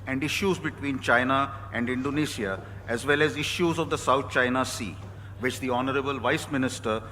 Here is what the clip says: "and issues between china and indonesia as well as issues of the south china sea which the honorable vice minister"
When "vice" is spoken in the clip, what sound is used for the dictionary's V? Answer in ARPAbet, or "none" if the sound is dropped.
V